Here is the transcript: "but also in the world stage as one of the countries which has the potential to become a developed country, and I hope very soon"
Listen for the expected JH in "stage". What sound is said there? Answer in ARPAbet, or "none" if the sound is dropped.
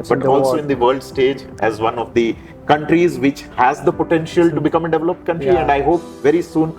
JH